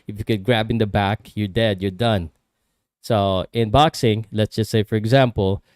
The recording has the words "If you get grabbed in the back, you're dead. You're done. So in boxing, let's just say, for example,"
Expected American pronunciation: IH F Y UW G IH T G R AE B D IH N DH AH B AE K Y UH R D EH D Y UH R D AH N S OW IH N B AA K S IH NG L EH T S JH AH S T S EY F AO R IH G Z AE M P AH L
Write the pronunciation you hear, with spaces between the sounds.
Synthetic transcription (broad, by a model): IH F Y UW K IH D G R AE B IH N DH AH B AE K Y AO R D EH D Y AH R D AH N S OW IH N B AA K S IH NG L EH T S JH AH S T S EY F AO R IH G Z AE M P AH L